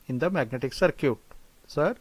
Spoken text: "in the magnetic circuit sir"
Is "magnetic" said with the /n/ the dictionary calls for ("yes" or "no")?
yes